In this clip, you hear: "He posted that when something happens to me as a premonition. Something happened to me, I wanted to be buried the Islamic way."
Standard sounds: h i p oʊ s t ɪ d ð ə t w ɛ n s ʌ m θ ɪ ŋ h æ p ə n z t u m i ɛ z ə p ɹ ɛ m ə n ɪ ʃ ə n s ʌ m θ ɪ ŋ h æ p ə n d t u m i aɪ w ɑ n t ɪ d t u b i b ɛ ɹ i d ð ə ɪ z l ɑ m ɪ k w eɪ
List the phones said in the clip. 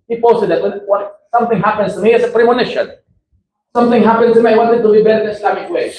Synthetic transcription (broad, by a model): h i p oʊ s t ɪ d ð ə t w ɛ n s ʌ m θ ɪ ŋ h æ p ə n s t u m i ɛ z ə p ɹ ɛ m ə n ɪ ʃ ə n s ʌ m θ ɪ ŋ h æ p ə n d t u m i aɪ w ɑ n t ɪ d t u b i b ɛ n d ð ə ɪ s l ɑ m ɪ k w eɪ